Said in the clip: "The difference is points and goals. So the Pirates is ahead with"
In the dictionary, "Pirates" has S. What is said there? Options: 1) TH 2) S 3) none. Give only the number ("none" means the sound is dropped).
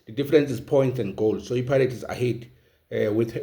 3